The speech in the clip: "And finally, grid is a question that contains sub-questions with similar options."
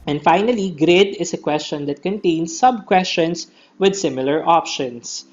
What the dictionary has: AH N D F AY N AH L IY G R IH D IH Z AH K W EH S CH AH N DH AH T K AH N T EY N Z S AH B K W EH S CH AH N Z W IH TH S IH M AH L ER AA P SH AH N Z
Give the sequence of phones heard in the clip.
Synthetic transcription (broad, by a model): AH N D F AY N AH L IY G R IH D IH S AH K W EH S CH AH N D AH T K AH N T EY N S AH B K W EH S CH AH N S W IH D S IH M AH L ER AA P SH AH N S